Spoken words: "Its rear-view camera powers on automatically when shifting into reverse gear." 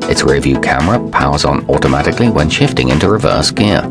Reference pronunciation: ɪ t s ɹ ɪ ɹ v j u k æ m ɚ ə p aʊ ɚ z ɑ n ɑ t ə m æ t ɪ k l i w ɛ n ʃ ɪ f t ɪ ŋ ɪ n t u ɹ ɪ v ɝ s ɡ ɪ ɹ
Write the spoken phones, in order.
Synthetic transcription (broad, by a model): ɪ t s ɹ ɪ v j u k æ m ɚ ə p aʊ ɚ z n ɑ t ə m æ t ɪ k l i w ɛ n ʃ ɪ f t ɪ ŋ ɪ n t u ɹ ɪ v ɝ s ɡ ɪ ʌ